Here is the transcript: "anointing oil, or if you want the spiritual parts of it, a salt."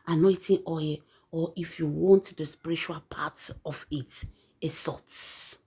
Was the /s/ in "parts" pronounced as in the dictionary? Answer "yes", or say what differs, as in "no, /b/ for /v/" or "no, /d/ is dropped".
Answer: no, /s/ is dropped